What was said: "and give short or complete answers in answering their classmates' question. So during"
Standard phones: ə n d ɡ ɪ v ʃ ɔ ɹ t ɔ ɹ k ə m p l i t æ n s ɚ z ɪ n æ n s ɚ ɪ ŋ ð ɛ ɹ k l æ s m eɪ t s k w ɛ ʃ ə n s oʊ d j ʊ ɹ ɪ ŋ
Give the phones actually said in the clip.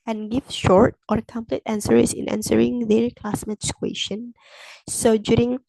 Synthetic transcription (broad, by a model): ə n ɡ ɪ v ʃ ɔ ɹ t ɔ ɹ k ə m p l i t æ n s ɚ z ɪ n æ n s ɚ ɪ ŋ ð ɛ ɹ k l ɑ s m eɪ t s k w ɛ ʃ ə n s oʊ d j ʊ ɹ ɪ ŋ